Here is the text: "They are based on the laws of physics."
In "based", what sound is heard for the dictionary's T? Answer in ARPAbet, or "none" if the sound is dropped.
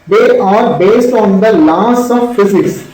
T